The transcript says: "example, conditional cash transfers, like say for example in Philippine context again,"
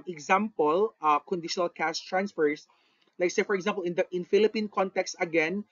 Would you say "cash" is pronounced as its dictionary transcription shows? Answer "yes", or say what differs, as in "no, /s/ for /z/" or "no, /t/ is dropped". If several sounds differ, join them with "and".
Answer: no, /s/ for /ʃ/